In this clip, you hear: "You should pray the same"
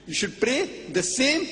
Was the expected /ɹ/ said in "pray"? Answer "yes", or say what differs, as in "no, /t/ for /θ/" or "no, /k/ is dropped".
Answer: yes